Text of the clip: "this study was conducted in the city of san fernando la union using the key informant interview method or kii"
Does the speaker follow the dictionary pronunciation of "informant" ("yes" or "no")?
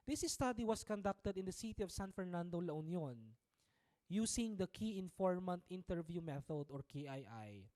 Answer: yes